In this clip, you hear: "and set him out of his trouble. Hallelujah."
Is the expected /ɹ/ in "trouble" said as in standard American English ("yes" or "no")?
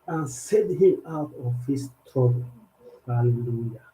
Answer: no